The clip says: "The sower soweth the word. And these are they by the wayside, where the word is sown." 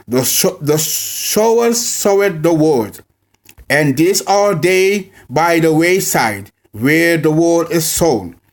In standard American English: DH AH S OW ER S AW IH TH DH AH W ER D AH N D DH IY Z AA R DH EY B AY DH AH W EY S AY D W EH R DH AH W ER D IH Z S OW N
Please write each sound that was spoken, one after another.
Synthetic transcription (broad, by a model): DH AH SH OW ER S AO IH T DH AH W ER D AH N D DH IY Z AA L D EY B AY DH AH W EY S AY D W EH R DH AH W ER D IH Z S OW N